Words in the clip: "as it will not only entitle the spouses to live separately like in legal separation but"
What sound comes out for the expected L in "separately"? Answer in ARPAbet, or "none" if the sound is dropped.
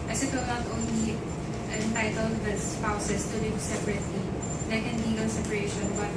L